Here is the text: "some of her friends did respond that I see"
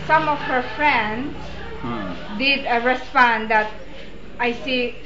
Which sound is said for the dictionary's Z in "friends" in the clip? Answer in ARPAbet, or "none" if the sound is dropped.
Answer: S